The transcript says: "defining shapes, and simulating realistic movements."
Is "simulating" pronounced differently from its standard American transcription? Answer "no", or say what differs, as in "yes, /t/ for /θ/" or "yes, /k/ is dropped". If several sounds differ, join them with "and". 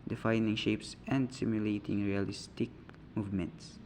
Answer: no